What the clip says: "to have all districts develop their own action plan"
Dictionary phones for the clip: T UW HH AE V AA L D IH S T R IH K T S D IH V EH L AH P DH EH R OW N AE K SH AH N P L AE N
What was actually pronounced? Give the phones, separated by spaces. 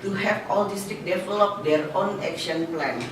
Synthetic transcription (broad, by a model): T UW HH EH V AA L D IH S T IH K D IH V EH L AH P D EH R OW N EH K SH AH N P L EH N